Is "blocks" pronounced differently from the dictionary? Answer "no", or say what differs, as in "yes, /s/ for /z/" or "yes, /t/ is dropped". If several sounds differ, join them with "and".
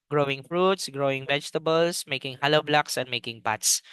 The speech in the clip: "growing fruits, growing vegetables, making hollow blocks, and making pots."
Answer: no